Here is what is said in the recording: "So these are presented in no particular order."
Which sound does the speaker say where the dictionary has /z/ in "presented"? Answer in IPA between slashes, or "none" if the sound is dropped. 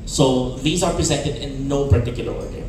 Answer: /z/